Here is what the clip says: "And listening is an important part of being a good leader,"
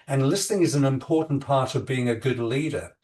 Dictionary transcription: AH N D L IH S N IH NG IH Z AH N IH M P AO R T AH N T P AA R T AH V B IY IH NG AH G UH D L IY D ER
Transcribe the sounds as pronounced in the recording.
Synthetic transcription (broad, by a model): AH N L IH S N IH NG IH Z N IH M P AO R T N P AA R T AH V B IY IH NG AH G UH D L IY D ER